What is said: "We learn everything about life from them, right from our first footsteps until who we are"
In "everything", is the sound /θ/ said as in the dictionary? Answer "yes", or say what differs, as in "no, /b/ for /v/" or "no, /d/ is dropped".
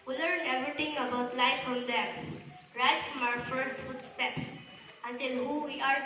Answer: no, /t/ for /θ/